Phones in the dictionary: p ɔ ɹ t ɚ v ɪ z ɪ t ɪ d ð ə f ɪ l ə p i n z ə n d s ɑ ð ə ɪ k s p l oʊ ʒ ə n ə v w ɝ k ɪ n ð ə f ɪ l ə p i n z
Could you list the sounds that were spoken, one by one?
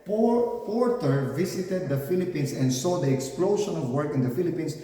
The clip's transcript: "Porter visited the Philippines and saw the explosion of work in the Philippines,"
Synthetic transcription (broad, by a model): p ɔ ɹ t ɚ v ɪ s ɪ t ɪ d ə f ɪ l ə p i n s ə n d s ɑ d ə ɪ k s p l oʊ ʃ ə n ə v w ɝ k ɪ n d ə f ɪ l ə p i n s